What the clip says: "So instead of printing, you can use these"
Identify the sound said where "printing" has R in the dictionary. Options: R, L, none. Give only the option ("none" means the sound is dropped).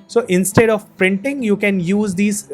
R